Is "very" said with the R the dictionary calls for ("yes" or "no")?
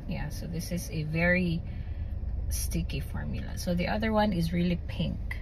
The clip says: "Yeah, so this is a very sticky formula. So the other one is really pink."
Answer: yes